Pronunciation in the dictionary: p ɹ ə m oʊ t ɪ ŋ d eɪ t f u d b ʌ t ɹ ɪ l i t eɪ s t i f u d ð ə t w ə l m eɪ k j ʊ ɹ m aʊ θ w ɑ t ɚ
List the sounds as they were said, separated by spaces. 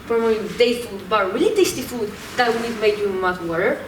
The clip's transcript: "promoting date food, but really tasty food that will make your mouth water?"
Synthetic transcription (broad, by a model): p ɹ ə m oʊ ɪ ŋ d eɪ f u d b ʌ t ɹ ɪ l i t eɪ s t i f u d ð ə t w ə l m eɪ k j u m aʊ t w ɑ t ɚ